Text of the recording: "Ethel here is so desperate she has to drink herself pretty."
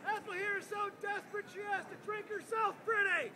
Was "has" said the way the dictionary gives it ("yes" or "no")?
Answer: no